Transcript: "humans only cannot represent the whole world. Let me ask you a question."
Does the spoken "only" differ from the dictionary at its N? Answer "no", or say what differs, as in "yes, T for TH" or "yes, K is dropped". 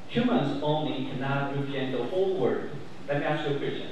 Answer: no